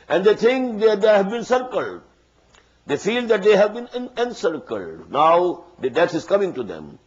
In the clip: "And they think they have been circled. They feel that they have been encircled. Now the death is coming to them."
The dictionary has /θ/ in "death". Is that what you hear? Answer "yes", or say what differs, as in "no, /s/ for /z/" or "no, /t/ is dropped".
no, /t/ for /θ/